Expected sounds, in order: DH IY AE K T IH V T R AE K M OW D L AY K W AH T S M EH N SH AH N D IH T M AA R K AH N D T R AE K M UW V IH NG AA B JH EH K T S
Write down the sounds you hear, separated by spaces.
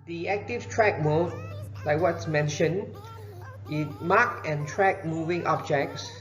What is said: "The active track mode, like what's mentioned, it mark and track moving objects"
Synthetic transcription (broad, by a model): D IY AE K T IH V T R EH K M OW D L AY K W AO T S M EH N SH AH N IH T M AA K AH N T R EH K M UW V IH NG AA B JH EH K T S